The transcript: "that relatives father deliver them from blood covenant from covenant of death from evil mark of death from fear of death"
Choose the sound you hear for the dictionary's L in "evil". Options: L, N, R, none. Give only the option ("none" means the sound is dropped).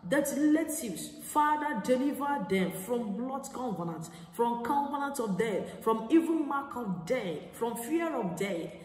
N